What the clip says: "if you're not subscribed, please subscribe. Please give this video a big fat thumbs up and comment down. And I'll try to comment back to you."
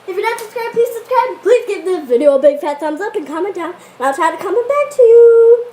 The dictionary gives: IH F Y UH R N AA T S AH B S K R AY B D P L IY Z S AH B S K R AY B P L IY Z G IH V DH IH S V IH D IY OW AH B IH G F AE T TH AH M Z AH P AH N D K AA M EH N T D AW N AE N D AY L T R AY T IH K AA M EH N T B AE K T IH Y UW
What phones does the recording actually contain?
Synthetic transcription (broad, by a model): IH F Y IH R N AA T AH S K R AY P IY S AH S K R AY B P L IY Z G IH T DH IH V IH D IY OW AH B IH G F AE T S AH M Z AH P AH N K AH M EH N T D AW N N AY L T R AY T IH K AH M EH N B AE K T IH Y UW